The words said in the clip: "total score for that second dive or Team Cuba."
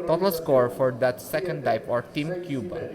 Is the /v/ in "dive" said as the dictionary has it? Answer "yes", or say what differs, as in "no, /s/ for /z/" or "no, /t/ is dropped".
no, /p/ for /v/